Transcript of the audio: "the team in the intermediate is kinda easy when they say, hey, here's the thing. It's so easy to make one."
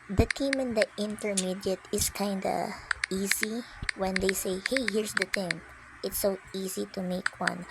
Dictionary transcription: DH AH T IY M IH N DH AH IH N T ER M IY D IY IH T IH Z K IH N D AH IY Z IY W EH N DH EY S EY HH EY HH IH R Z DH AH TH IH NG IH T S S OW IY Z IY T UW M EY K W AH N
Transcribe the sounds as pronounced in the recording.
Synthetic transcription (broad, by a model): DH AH T IY M IH N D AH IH N T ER M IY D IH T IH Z K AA N D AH IY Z IY W EH N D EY S EY HH EY HH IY R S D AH T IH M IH T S S OW IY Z IY T UW M EY K W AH N